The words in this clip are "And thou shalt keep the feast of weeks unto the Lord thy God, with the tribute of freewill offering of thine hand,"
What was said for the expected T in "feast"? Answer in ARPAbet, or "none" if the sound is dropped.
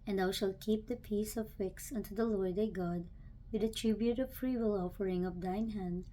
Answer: none